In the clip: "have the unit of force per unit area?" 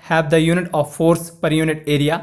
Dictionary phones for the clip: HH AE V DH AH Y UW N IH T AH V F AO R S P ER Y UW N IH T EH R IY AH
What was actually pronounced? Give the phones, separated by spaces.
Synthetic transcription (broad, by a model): HH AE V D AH Y UW N IH T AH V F AO R S P ER Y UW N IH T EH R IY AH